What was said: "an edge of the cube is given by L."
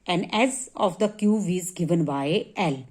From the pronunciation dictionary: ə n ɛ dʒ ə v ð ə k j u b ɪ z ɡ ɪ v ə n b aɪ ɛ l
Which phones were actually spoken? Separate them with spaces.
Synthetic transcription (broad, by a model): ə n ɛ z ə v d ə k j u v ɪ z ɡ ɪ v ə n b aɪ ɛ l